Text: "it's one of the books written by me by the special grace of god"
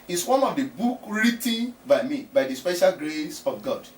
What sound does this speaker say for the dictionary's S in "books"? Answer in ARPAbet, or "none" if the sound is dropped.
none